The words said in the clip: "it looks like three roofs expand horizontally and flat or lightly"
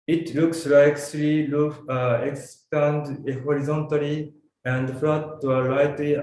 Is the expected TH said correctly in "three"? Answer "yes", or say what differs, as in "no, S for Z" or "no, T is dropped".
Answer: no, S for TH